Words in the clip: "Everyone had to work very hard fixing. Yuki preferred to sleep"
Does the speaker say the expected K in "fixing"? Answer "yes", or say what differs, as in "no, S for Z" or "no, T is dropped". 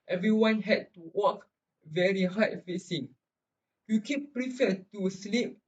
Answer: no, K is dropped